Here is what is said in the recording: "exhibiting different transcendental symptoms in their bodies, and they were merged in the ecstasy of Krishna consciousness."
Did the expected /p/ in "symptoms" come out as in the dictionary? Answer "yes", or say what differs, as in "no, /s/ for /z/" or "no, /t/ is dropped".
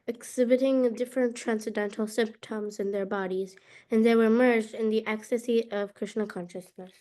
yes